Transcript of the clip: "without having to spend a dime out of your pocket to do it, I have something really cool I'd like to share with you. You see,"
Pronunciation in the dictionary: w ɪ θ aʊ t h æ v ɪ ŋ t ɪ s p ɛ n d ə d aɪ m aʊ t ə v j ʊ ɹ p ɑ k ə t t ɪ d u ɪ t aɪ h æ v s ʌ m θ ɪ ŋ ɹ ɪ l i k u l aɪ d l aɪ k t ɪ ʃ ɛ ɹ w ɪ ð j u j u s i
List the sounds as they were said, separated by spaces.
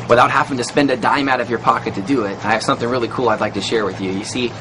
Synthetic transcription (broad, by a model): w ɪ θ aʊ t h æ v ɪ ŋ t ɪ s p ɛ n d ə d aɪ m aʊ t ə v j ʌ ɹ p ɑ k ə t t ɪ d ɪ ɪ t aɪ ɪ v s ʌ m θ ɪ ŋ ɹ ɪ l i k u l aɪ d l aɪ k t ɪ ʃ ɛ ɹ w ɪ ð j u j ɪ s i